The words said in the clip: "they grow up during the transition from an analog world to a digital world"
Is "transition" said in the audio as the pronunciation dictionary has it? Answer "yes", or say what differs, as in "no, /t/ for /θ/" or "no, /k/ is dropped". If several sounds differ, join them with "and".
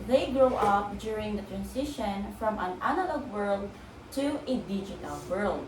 no, /s/ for /z/